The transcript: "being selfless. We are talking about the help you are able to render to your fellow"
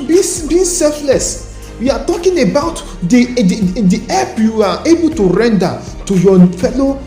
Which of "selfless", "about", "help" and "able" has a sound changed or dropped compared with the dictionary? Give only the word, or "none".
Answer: help